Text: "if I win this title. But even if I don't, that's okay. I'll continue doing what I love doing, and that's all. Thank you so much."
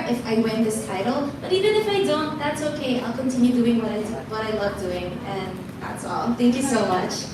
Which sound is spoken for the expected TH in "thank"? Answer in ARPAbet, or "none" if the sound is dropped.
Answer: TH